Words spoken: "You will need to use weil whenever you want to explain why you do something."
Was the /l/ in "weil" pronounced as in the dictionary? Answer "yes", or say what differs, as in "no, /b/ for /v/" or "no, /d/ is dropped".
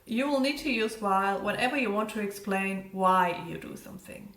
yes